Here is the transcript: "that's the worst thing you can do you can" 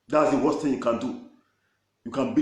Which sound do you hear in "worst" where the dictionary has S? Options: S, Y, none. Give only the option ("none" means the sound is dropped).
none